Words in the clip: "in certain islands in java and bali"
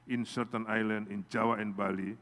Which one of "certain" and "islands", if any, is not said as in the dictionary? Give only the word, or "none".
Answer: islands